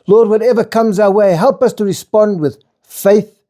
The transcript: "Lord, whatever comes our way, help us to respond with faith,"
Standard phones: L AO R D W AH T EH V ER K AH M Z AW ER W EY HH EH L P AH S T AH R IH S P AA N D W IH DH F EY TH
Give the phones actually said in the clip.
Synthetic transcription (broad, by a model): L AO R D W AH T EH V ER K AH M Z AW ER W EY HH EH L P AH S T AH R IH S P AA N D W IH DH F EY TH